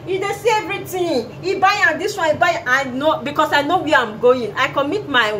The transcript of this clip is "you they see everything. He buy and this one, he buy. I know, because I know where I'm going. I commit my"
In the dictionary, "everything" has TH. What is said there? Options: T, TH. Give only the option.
T